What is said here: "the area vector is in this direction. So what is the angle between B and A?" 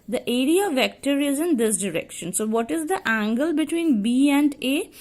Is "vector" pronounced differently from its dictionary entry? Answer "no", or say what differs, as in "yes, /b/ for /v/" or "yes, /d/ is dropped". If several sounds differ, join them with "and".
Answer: no